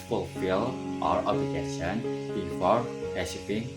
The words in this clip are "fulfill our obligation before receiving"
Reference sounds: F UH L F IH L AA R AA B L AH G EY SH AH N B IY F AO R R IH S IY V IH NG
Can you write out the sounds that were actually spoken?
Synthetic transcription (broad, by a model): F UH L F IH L AA R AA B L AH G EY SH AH N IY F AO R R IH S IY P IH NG